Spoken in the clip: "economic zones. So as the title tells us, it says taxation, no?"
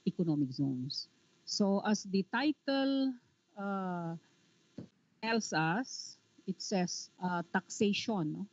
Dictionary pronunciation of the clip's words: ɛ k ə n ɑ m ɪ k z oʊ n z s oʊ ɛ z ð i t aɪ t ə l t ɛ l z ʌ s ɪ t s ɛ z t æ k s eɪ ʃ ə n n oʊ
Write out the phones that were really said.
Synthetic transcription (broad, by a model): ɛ k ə n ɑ m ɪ k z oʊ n s oʊ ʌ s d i t aɪ t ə l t ɛ l s ʌ s ɪ t s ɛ s t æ k s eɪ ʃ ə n n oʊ